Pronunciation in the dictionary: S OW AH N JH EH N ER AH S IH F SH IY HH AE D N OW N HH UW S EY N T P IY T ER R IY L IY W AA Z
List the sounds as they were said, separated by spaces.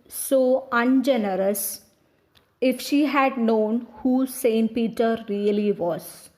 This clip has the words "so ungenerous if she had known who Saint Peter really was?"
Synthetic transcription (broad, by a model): S OW AH N JH EH N ER AH S IH F SH IY HH AE D N OW N HH UW S EY N T P IY T ER R IY L IY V AA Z